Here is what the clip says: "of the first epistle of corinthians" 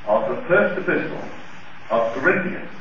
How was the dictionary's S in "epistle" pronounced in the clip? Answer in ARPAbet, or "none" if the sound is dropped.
S